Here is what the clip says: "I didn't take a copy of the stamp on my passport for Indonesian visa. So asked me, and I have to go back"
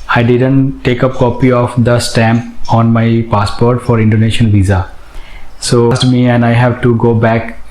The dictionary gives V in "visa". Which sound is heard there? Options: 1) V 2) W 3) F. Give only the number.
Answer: 1